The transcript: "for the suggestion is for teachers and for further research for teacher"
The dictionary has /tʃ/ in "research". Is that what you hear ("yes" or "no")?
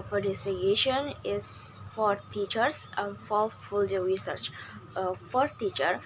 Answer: yes